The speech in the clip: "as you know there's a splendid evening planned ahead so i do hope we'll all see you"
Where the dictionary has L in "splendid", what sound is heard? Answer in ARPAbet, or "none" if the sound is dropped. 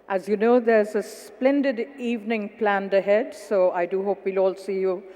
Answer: L